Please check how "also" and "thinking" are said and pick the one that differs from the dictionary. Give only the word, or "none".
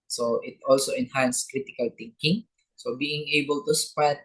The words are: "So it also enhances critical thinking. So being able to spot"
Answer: thinking